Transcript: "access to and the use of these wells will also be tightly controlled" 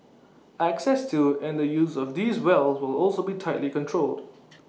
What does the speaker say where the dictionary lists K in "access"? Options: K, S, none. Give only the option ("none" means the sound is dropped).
K